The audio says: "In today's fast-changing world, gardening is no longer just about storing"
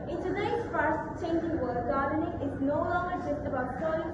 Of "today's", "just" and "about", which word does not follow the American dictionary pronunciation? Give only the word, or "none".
today's